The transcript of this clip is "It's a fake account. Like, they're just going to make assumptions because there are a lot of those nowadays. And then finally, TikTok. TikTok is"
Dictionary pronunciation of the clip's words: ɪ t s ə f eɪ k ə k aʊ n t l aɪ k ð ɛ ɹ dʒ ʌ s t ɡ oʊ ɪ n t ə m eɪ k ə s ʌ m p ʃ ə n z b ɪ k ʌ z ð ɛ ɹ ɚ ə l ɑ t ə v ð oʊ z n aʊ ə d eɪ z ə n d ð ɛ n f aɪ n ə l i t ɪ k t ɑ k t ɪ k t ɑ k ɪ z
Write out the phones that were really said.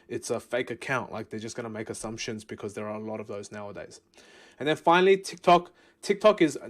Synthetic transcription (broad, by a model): ɪ t s ə f eɪ k ə k aʊ n t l aɪ k ð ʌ ɹ dʒ ʌ s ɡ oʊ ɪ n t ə m eɪ k ə s ʌ m p ʃ ə n z b ɪ k ʌ z ð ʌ ɹ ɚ ə l ɑ t ə v ð oʊ z n aʊ ə d eɪ z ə n ð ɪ n f aɪ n l i t ɪ k t ɑ k t ɪ k t ɑ k ɪ z